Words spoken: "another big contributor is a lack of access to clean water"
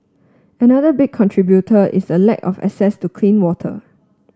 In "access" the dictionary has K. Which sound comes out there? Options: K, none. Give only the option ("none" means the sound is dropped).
none